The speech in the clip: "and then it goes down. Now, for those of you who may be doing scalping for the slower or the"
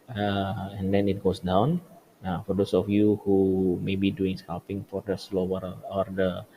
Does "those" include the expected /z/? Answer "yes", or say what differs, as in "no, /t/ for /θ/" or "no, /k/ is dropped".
no, /s/ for /z/